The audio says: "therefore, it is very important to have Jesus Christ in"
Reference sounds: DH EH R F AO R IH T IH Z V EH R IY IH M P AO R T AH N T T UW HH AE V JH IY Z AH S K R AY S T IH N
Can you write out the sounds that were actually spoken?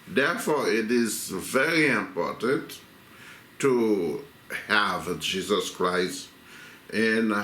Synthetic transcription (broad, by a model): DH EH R F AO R IH T IH Z V EH R IY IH M P AO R T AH N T T UW HH AE V JH IY Z AH S K R AY S T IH N